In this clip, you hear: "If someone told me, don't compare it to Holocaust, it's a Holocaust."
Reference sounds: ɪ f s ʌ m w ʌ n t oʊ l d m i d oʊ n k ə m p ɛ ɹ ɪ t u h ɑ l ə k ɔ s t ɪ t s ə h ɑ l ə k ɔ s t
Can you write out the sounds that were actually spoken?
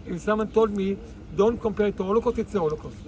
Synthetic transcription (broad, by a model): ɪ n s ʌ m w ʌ n t oʊ l d m i d oʊ n k ə m p ɛ ɹ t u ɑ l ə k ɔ t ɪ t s ə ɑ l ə k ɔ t